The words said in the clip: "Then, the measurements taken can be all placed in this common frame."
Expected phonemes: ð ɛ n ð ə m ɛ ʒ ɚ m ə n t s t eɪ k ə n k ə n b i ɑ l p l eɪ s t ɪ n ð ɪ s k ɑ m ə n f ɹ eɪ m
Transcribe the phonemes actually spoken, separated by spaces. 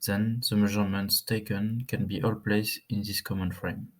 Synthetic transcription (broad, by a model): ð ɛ n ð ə m ɛ ʒ ɚ m ə n t s t eɪ k ə n k ə n b i ɑ l p l eɪ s ɪ n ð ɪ s k ɑ m ə n f ɹ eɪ m